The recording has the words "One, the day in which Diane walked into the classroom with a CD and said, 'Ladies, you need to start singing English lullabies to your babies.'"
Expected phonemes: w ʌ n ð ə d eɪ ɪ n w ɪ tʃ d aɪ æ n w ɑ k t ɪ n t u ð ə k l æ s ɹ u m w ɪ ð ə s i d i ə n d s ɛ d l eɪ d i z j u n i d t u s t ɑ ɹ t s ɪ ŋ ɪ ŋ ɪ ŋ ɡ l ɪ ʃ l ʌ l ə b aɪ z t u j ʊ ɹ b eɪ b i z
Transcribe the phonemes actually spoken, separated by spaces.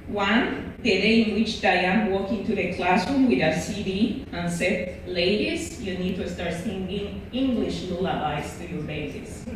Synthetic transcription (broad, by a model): w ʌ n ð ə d eɪ ɪ n w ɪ tʃ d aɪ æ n w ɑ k ɪ n t u ð ə k l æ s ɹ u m w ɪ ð ə s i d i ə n s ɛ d l eɪ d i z j u n i d t u s t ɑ ɹ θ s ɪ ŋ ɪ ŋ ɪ ŋ ɡ l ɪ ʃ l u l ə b aɪ s t u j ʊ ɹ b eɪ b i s